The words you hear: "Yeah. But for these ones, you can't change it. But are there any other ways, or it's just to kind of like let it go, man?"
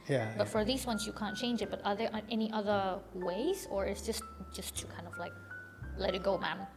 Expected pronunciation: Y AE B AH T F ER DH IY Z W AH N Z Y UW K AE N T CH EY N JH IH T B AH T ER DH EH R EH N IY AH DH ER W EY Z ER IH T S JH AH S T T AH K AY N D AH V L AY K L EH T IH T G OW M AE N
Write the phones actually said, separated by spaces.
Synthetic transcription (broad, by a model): Y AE B AH T F ER DH IY Z W AH N Z Y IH K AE N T CH EY N JH IH T B AH T ER DH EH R EH N IY AH DH ER W EY Z ER IH T S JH AH S T T AH K AY N D AH V L AY K L EH T IH T G OW M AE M